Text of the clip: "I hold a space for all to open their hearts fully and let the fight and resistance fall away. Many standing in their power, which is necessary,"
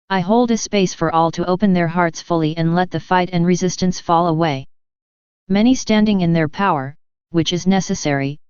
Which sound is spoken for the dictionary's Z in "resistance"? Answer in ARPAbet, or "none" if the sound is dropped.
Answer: Z